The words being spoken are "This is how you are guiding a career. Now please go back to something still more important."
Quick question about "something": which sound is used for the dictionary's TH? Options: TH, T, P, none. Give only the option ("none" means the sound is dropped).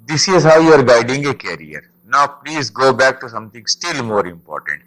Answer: T